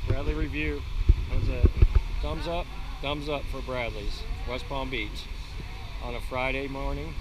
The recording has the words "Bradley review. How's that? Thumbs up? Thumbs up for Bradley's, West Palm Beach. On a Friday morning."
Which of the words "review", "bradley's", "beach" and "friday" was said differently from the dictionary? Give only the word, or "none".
none